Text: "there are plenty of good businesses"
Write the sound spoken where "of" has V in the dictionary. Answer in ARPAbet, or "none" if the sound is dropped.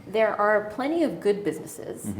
V